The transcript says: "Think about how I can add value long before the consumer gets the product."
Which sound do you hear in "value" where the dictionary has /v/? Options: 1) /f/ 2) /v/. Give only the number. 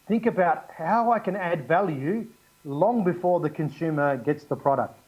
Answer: 2